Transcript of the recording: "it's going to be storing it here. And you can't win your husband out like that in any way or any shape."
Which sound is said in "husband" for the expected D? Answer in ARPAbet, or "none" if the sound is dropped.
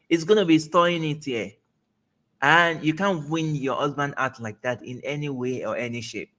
D